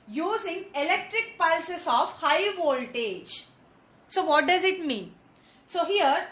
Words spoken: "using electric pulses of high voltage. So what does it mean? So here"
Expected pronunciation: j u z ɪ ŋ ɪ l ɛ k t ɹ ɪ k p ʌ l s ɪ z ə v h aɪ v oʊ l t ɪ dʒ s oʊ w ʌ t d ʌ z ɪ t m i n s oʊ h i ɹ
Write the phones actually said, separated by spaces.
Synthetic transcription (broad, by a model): j u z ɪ ŋ ɪ l ɛ k t ɹ ɪ k p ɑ l s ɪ s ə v h aɪ v oʊ l t ɪ dʒ s oʊ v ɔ t d ʌ z ɪ t m i n s oʊ h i ɹ